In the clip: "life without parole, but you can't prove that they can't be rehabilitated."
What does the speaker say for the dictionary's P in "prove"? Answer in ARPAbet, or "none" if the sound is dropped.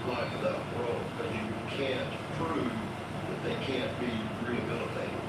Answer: P